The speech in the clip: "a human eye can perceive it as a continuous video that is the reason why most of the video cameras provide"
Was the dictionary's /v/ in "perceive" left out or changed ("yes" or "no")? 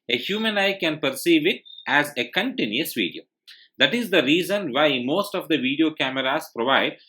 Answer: no